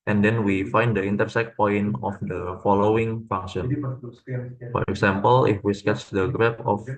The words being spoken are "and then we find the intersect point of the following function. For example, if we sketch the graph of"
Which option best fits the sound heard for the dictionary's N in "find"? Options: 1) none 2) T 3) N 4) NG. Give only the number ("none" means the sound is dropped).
3